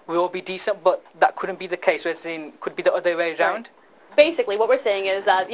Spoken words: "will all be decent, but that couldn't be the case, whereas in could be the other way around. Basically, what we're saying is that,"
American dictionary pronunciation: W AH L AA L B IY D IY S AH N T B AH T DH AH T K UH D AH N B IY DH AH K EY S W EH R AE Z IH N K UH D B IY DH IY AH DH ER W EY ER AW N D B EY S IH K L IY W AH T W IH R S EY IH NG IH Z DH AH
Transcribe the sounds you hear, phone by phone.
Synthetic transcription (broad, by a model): W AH AA L B IY D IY S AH N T B AH T DH AH T K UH D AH N B IY DH AH K EY S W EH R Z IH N K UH D B IY DH IY AH DH ER W EY ER AW N D B EY S IH K L IY W AH T W IH R S EY IH NG IH Z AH